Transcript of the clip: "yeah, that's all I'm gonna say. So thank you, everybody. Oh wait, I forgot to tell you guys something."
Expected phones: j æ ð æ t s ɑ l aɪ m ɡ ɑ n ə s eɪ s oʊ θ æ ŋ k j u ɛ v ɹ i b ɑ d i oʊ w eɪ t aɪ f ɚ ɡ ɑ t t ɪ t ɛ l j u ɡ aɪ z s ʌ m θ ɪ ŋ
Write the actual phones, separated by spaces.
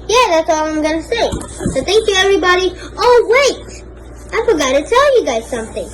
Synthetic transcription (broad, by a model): j æ ð æ t s ɑ l aɪ m ɡ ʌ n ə s eɪ s oʊ θ æ ŋ k j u ɛ v ɹ i b ɑ d i oʊ w eɪ t aɪ f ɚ ɡ ɑ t t ɪ t ɛ l j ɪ ɡ aɪ z s ʌ m θ ɪ ŋ